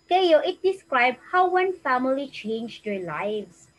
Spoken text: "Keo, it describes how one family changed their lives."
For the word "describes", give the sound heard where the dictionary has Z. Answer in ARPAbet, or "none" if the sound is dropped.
none